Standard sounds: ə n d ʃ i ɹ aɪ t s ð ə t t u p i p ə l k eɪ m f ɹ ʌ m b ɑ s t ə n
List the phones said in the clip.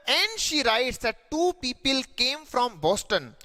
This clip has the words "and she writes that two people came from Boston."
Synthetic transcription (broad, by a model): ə n d ʃ i ɹ aɪ t s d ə t t u p i p ə l k eɪ m f ɹ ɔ m b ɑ s t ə n